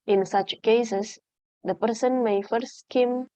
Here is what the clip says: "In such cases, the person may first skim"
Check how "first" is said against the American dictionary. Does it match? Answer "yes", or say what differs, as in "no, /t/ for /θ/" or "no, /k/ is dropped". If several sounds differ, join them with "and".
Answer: no, /s/ is dropped